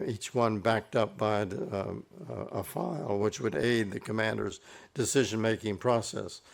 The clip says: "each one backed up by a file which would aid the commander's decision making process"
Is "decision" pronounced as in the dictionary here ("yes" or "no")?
yes